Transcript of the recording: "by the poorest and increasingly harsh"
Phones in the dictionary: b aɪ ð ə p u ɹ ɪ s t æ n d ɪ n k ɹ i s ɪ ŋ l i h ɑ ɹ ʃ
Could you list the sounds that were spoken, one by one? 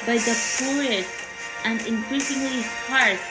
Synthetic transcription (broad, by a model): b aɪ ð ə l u ɪ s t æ n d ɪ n k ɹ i s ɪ ŋ l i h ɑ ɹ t